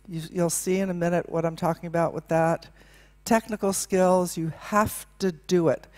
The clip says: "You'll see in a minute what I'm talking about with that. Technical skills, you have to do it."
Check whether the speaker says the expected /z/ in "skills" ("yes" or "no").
yes